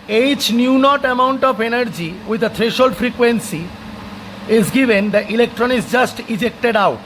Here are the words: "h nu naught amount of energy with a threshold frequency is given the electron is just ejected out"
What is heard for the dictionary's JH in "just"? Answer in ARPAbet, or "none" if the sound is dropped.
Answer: JH